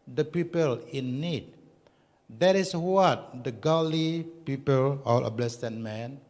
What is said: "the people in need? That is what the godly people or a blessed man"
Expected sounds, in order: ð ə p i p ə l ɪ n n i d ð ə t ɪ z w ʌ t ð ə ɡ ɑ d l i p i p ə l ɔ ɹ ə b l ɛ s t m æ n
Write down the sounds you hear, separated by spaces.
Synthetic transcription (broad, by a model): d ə p i p ə l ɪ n n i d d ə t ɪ s w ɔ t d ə ɡ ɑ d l i p i p ə l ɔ l ə b l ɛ s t m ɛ n